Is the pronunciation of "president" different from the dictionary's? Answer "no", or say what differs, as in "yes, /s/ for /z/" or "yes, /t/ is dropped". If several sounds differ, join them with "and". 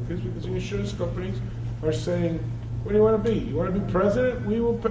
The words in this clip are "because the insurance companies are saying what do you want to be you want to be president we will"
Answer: no